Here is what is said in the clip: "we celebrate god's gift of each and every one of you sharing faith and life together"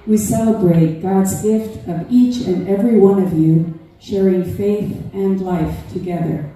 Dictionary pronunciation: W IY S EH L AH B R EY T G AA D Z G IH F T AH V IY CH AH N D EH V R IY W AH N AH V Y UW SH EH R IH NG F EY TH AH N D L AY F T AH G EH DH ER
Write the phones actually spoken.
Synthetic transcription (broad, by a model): W IY S EH L AH B R EY T G AA D Z G IH F T AH V IY CH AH N EH V R IY W AH N AH V Y UW SH EH R IH NG F EY TH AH N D L AY F T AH G EH DH ER